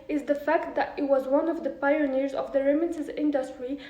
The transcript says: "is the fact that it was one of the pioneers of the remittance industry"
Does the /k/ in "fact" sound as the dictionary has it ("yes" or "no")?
yes